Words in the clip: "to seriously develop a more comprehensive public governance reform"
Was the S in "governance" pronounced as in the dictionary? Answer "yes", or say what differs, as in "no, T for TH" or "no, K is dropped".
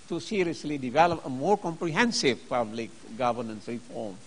yes